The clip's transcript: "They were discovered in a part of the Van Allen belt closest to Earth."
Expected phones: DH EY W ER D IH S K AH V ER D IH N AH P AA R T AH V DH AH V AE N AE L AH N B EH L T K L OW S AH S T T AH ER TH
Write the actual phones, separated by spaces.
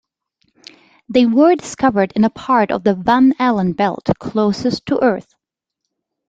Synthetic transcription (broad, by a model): DH EY W ER D IH S K AH V ER D IH N AH P AA R T AH V DH AH V AE N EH L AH N B EH L T K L OW S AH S T T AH ER TH